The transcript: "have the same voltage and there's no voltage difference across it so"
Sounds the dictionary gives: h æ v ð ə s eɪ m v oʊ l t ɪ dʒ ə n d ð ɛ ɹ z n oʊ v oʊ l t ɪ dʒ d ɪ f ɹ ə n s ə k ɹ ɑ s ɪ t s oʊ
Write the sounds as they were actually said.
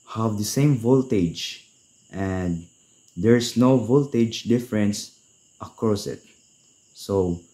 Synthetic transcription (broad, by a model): h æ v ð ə s eɪ m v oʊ l t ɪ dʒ ə n d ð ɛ ɹ s n oʊ v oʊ l t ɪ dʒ d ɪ f ɹ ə n s ə k ɹ ɑ s ɪ t s oʊ